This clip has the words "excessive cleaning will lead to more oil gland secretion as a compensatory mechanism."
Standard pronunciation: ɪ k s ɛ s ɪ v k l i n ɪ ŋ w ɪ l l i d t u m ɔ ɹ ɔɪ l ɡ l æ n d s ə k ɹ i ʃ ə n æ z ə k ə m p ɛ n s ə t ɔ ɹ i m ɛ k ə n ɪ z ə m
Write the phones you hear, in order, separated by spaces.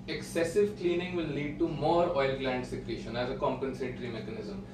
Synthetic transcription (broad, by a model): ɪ k s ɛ s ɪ v k l i n ɪ ŋ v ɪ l l i d t u m ɔ ɹ ɔɪ l ɡ l æ n d s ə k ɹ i ʃ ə n æ z ə k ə m p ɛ n s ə t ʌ ɹ i m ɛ k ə n ɪ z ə m